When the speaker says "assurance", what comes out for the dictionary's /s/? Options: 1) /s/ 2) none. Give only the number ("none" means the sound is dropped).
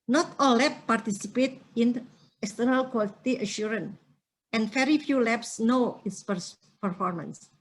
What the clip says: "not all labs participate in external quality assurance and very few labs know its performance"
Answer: 2